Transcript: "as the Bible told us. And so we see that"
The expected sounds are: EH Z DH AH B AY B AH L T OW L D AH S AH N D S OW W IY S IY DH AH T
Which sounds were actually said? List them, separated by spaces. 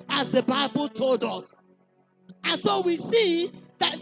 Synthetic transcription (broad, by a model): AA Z DH AH B AY B AH L T OW L D AH S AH N S OW W IY S IY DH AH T